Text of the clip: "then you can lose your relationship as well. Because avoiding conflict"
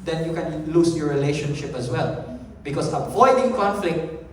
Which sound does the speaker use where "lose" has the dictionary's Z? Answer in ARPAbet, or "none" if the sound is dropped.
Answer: S